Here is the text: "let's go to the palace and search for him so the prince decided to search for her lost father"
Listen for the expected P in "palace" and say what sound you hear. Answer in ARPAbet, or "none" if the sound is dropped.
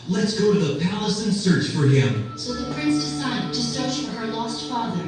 P